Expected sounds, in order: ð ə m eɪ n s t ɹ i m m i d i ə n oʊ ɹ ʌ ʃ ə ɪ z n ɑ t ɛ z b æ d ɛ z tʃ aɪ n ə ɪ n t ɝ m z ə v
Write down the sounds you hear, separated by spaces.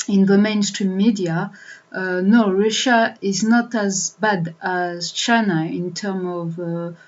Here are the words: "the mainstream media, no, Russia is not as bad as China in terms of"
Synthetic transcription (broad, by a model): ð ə m eɪ n s t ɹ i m m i d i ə n oʊ ɹ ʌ ʃ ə ɪ z n ɑ t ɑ z b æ d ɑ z tʃ aɪ n ə ɪ n t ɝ m ə v